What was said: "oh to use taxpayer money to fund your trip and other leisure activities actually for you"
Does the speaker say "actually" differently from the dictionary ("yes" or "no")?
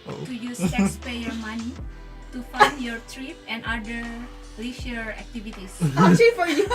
yes